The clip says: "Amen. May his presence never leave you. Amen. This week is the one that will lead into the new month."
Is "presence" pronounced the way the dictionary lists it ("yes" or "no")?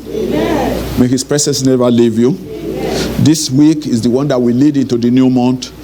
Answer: no